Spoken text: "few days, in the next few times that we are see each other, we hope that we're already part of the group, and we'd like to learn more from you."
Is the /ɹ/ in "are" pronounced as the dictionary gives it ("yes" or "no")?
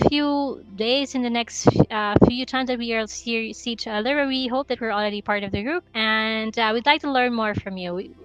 no